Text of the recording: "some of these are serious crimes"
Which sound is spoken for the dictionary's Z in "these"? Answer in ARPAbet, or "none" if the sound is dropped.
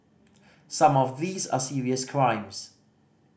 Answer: Z